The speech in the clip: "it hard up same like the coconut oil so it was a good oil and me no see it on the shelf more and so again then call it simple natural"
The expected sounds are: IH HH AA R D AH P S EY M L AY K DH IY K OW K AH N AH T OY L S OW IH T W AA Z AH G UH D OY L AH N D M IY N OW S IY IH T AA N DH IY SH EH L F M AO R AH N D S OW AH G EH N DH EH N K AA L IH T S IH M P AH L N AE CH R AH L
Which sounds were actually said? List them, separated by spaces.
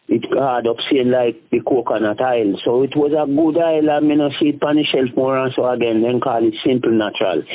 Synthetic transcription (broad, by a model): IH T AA D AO P S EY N L AY K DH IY K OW K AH N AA T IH L S OW IH T W AA Z AH G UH D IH L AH M IY N OW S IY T AA N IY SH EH L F M AO R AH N S OW AH G EH N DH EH N K AA L IH T S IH M P L N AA CH R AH L